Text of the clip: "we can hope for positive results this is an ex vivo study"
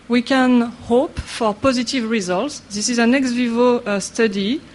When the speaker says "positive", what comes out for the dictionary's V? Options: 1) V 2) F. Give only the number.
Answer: 1